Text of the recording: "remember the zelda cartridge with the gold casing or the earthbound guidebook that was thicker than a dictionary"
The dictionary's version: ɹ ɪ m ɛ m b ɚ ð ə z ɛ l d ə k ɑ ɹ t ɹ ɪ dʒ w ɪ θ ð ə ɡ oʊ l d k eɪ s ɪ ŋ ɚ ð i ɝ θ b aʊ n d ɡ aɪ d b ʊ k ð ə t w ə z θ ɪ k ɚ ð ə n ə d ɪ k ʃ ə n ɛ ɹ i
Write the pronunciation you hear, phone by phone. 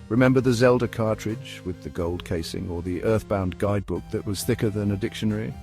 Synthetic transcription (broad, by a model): ɹ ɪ m ɛ m b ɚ ð ə z ɛ l d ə k ɑ ɹ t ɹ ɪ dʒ w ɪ ð ə ɡ oʊ l d k eɪ s ɪ ŋ ɚ ð i ɝ θ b aʊ n ɡ aɪ d b ʊ k ð ə t w ə z θ ɪ k ɚ ð ə n ə d ɪ k ʃ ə n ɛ ɹ i